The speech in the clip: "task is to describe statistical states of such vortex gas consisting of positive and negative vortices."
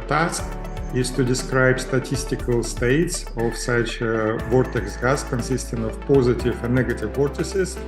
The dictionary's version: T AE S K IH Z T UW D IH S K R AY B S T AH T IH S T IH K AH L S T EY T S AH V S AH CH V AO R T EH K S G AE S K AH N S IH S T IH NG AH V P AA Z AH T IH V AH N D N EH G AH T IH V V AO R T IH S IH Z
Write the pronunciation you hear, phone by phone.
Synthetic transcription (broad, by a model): T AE S K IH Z T UW D IH S K R AY B S T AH T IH S T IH K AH L S T EY T S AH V S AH CH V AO R T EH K S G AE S K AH N S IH S T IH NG AH V P AA Z AH T IH V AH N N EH G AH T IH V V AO R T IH S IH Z